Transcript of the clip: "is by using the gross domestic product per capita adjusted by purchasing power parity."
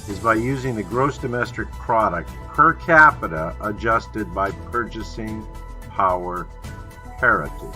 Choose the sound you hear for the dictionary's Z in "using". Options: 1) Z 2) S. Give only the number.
1